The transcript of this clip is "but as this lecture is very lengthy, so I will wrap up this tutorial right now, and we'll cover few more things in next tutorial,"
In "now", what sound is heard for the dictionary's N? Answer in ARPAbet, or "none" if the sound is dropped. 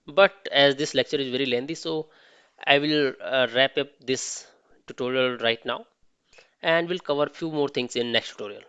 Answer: N